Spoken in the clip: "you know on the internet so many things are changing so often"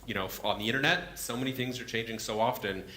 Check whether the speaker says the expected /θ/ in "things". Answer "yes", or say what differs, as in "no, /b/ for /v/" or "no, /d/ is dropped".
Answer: yes